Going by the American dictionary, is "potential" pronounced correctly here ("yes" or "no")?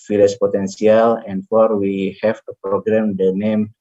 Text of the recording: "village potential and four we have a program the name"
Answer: no